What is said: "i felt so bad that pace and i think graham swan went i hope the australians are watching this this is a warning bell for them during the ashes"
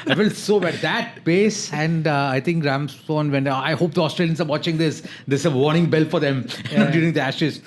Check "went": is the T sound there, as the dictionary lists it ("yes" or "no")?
no